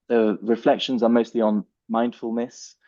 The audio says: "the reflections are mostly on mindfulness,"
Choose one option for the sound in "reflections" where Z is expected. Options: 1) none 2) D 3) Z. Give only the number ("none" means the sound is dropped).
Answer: 3